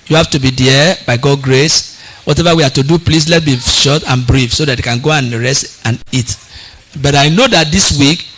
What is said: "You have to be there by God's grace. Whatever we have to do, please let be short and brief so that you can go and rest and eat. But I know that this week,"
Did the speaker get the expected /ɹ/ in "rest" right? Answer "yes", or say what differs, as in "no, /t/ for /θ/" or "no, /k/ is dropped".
yes